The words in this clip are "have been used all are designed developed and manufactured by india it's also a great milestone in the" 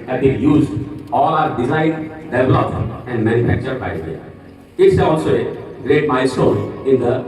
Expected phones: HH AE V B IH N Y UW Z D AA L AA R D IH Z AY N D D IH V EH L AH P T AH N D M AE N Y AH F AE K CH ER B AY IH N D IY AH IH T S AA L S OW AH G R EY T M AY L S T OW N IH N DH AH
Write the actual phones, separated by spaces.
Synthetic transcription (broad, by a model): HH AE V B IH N Y UW Z D AA L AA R D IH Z AY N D D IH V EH L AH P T AH N D M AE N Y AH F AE K CH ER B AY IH D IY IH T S AA L S OW AH G R EY T M AY S OW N IH N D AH